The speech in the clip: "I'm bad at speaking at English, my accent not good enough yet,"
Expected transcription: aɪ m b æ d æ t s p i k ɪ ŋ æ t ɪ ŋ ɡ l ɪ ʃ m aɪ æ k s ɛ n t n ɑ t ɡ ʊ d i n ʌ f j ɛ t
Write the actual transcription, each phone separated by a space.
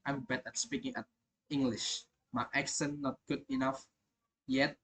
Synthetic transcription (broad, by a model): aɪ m b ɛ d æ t s p i k ɪ ŋ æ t ɪ ŋ ɡ l ɪ ʃ m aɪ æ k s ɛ n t n ɑ t ɡ ʊ d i n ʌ f j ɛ t